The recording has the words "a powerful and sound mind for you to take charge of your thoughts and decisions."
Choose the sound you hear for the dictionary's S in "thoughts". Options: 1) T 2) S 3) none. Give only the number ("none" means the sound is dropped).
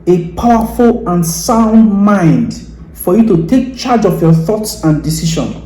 2